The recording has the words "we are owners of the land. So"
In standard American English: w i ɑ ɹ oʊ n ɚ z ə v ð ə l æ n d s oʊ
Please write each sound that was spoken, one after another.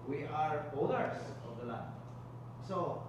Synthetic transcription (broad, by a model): w i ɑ ɹ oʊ l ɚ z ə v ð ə l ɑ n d s oʊ